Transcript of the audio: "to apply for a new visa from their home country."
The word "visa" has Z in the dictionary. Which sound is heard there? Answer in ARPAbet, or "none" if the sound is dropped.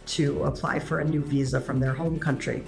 Z